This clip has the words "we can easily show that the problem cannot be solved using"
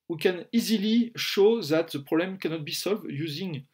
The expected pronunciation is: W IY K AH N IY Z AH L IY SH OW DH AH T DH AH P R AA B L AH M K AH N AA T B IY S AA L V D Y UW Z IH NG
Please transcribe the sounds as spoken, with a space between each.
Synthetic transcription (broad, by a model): W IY K AH N IY Z AH L IY SH OW DH AH T DH AH P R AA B L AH M K AH N AA T B IY S AA L V D Y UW Z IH NG